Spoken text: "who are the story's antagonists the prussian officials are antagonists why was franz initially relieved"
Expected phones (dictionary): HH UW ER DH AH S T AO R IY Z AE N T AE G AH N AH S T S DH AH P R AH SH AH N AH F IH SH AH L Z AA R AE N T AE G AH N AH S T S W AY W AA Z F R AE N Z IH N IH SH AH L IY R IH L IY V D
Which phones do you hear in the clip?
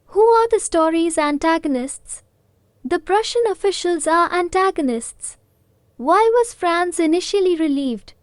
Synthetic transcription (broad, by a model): HH UW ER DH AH S T AO R IY Z AE N T AE G AH N AH S T S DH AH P R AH SH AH N AH F IH SH AH L Z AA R AE N T AE G AH N AH S T S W AY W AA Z F R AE N S IH N IH SH AH L IY R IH L IY V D